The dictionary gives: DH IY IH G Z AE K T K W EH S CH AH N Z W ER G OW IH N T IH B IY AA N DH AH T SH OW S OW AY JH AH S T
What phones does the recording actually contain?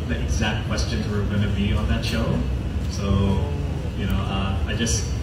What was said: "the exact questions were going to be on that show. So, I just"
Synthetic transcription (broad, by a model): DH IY IH G Z AE K T K W EH S CH AH N Z W ER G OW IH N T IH B IY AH N DH AH T SH OW S OW AY JH AH S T